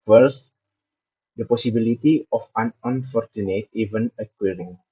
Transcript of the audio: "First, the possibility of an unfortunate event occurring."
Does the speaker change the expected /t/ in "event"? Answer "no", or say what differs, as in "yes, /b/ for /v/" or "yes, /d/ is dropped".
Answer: yes, /t/ is dropped